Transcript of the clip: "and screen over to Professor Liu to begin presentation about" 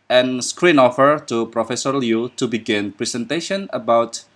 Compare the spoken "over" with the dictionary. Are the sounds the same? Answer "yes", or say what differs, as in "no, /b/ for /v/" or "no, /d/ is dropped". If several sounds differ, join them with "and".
no, /f/ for /v/